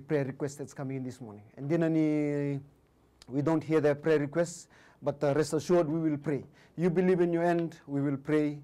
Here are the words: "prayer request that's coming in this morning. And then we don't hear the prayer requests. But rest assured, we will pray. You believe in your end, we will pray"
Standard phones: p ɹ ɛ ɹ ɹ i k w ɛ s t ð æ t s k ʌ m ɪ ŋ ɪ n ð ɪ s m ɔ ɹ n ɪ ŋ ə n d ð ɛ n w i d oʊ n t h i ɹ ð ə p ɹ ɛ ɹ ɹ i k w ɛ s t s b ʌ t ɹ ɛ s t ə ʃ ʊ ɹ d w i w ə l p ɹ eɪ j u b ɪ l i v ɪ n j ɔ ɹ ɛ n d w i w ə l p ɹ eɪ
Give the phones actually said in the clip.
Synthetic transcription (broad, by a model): p ɹ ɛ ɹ ɹ i k w ɛ s t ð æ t s k ʌ m ɪ ŋ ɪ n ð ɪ s m ɔ ɹ n ɪ ŋ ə n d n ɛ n w i d oʊ n t h i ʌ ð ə p ɹ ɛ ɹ ɹ i k w ɛ s t s b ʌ t ɹ ɛ s t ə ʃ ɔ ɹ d w i w ə l p ɹ eɪ j u b ɪ l i v ɪ n j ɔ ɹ ɛ n d w i w ə l p ɹ eɪ